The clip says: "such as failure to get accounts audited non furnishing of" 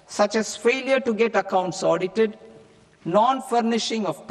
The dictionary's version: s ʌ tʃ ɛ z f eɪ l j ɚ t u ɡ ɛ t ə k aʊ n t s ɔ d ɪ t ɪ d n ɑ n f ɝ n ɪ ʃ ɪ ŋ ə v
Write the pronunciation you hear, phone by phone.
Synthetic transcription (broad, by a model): s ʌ tʃ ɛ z f eɪ l j ɚ t u ɡ ɛ t ə k aʊ n t s ɔ d ɪ t ɪ d n ɑ n f ɝ n ɪ ʃ ɪ ŋ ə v